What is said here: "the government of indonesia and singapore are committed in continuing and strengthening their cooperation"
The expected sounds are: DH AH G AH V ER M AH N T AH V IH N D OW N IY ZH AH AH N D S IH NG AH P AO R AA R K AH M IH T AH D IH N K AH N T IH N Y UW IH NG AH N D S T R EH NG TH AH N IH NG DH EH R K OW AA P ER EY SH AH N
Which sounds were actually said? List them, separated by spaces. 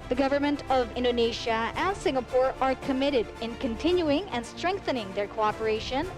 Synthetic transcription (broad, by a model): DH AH G AH V ER M AH N T AH V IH N D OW N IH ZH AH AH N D S IH NG AH P AO R AA R K AH M IH T AH D IH N K AH N T IH N Y UW IH NG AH N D S T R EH NG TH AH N IH NG DH EH R K OW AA P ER EY SH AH N